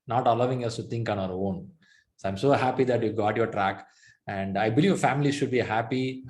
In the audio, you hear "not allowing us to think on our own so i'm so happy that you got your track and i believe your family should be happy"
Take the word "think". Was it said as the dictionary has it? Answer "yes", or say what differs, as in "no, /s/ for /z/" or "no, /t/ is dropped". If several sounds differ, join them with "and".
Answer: no, /t/ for /θ/